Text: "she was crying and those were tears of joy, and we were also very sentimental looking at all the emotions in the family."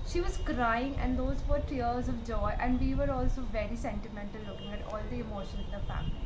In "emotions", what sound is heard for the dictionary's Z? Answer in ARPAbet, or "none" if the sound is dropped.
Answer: none